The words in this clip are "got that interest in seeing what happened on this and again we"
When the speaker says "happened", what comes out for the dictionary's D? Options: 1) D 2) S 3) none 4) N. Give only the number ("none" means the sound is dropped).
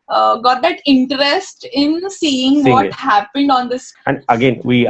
1